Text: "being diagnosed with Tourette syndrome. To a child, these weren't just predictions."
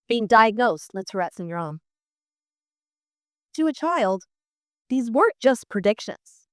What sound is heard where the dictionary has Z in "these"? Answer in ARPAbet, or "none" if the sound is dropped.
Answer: Z